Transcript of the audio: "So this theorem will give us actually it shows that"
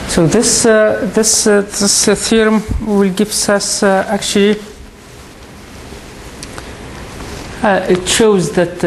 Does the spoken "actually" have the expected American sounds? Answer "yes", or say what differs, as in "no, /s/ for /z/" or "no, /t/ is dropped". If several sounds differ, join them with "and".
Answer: yes